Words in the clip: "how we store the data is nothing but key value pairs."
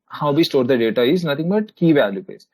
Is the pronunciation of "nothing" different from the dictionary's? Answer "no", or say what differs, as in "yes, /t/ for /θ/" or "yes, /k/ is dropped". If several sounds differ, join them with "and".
yes, /t/ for /θ/